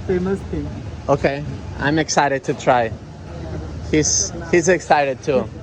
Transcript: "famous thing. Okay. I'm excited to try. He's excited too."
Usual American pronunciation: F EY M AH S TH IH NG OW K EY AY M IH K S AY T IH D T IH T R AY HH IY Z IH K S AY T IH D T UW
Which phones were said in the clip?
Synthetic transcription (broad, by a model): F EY M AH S T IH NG OW K EY AY M IH K S AY T IH D T IH T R AY HH IY Z IH K S AY T IH D T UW